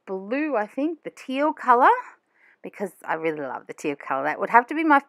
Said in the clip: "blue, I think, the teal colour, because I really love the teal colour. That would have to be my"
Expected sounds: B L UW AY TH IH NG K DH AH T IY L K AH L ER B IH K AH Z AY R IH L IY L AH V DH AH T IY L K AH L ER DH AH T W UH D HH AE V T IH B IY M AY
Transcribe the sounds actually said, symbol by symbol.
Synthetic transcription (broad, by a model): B L UW AY TH IH NG K DH AH T IY L K AH L ER B IH K AH Z AY R IH L IY L AH V DH AH T IY L K AH L ER DH AH T W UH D HH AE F T IH B IY M AY